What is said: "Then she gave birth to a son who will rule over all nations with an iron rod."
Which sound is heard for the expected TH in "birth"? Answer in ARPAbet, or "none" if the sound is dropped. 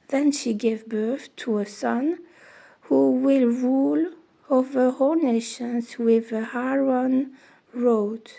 TH